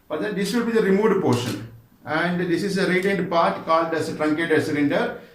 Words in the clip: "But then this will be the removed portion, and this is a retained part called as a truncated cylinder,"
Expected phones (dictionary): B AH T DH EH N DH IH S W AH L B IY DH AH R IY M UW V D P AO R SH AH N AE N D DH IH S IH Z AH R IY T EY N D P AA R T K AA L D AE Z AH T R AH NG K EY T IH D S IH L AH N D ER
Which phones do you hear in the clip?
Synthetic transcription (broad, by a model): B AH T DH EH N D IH S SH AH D B IY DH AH R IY M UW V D P AO R SH AH N AE N D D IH S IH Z AH R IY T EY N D P AA R T K AA L D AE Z AH T R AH NG K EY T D S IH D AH N D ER